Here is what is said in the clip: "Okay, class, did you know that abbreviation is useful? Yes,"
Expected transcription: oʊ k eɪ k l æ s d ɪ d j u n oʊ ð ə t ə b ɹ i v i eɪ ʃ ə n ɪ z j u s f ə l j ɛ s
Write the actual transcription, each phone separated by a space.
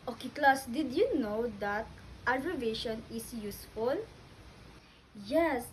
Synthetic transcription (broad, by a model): oʊ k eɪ k l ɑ s d ɪ d j u n oʊ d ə t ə ɹ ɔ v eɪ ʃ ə n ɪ s j u s f ə l j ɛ s